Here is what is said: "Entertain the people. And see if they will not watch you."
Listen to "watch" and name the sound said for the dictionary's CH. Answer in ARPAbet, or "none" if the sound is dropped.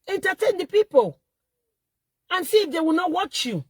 CH